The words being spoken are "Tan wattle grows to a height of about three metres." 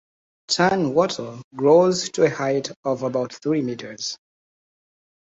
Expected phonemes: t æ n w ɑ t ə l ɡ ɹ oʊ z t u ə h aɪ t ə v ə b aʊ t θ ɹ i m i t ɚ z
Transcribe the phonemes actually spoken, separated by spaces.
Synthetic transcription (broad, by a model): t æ n w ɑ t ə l ɡ ɹ oʊ z t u ə h aɪ t ə v ə b aʊ t θ ɹ i m i t ɚ z